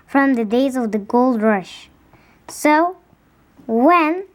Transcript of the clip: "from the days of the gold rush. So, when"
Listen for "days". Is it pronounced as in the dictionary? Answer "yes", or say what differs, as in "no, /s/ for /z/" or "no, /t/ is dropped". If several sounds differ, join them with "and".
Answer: yes